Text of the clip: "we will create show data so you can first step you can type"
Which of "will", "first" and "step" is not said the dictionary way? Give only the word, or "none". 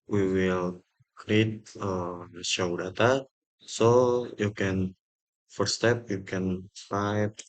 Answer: first